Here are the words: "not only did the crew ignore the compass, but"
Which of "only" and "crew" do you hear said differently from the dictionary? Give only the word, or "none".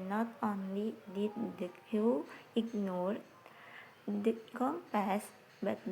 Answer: crew